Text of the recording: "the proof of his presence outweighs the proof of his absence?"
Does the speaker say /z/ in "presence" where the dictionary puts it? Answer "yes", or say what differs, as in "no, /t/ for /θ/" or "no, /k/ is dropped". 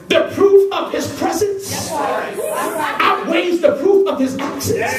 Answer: yes